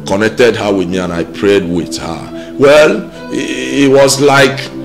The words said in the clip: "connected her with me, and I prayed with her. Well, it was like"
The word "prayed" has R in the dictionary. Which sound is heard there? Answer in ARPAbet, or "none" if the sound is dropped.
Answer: R